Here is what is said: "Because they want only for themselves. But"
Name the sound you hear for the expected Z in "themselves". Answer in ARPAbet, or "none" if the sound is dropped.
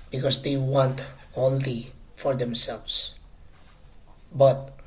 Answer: S